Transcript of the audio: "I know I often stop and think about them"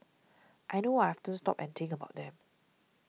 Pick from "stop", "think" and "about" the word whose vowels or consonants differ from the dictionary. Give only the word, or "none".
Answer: think